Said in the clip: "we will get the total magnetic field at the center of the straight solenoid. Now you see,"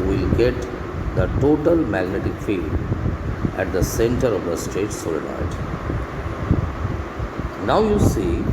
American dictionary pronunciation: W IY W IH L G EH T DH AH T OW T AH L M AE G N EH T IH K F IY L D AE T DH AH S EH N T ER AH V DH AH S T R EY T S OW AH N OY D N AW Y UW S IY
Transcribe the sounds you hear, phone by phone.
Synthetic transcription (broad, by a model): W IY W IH L G EH T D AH T OW T AH L M AE G N EH T IH K F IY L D AE T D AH S EH N T ER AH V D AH S T EY T S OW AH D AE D N AW Y UW S IY